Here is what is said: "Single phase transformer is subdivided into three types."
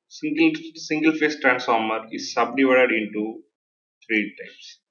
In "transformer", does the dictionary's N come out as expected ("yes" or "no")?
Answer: yes